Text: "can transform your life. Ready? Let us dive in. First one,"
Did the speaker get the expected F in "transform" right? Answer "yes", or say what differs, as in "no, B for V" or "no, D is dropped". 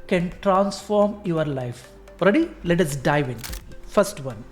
yes